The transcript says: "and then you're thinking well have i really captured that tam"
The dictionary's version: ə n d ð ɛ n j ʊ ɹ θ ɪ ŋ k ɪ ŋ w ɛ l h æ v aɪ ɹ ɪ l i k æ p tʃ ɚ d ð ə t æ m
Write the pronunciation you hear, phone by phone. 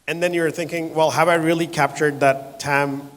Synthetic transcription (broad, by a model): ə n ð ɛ n j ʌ ɹ θ ɪ ŋ k ɪ ŋ w ɛ l h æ v aɪ ɹ ɪ l i k æ p tʃ ɚ d ð ə t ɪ m